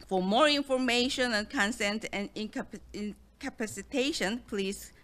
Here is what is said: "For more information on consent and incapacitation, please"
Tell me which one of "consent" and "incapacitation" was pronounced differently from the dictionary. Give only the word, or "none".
none